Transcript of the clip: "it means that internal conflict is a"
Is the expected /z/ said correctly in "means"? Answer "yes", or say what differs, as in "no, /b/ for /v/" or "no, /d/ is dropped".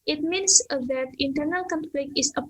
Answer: no, /s/ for /z/